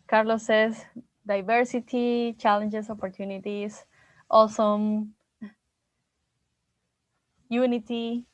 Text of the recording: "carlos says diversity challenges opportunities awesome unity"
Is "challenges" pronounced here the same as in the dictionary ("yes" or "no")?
no